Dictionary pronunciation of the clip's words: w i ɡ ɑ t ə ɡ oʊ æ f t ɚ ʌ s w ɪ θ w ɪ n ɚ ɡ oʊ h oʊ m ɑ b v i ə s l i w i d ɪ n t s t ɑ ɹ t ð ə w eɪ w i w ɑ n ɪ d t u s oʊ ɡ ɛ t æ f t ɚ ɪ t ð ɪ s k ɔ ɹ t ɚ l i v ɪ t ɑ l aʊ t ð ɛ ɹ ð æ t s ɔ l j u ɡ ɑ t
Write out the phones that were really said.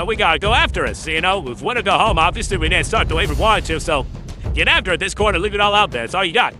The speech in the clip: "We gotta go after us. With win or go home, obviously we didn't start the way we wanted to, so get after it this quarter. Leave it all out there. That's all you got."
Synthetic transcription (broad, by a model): w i ɡ ɑ t ə ɡ oʊ æ f t ɚ ʌ s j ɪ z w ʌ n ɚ ɡ oʊ h oʊ m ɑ v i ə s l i w i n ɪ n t s t ɑ ɹ t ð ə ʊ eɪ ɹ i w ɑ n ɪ t u s oʊ ɡ ɛ t æ f t ɚ ɪ t ð ɪ s k ɔ ɹ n ɚ l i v ɪ t ɑ l aʊ t ð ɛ ɹ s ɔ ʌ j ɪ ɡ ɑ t